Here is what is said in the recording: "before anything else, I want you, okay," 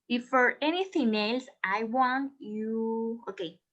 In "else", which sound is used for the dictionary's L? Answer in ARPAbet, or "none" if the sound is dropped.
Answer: L